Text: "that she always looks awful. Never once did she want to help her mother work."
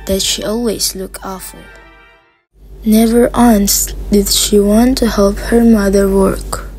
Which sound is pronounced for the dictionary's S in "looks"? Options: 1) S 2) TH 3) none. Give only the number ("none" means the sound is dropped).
3